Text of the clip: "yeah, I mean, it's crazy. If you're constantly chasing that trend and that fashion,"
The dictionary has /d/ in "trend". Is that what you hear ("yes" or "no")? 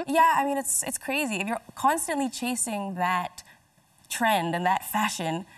yes